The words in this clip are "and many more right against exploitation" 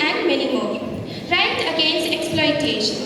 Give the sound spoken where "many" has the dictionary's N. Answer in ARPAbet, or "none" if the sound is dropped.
L